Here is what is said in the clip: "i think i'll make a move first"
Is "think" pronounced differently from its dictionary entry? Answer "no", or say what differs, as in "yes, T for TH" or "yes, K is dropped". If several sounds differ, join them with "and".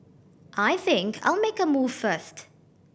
no